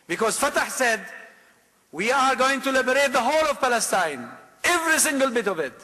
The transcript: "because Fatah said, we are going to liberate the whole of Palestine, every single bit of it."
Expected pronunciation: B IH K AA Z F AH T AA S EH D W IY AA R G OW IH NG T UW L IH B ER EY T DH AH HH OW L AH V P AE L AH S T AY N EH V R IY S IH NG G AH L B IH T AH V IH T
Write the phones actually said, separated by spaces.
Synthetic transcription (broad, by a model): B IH K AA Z F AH T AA S EH D W IY AA R G OW IH NG T UW L IH B ER EY T DH AH HH OW L AH V P AE L AH S T AY N EH V R IY S IH NG G AH L B IH T AH V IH T